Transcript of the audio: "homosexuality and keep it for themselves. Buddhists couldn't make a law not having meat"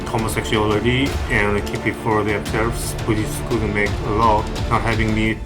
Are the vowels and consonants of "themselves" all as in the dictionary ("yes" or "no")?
no